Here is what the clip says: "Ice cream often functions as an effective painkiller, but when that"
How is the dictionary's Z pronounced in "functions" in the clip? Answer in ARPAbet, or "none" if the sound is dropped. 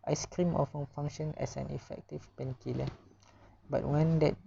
none